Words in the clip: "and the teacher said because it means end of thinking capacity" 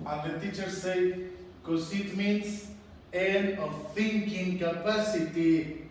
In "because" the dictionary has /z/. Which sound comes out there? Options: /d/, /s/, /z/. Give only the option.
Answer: /s/